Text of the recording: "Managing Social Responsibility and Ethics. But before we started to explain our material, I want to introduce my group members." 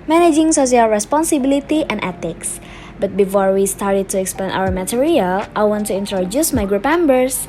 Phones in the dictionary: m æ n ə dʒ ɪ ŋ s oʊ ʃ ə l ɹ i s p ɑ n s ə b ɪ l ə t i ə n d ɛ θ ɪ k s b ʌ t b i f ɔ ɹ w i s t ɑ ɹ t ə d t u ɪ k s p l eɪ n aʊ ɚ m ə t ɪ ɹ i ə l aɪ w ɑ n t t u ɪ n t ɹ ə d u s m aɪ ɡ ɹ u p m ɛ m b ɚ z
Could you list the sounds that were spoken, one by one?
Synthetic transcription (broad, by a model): m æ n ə dʒ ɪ ŋ s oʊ s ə l ɹ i s p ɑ n s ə b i l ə t i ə n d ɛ t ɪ k s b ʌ t b i f ɔ ɹ w i s t ɑ ɹ t ə d t u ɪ k s p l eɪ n aʊ ɚ m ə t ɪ ɹ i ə l aɪ w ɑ n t t u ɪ n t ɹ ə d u s m aɪ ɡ ɹ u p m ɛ m b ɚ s